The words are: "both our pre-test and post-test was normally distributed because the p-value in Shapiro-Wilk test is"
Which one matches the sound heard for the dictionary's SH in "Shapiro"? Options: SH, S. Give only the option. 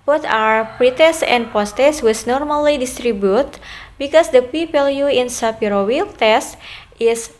S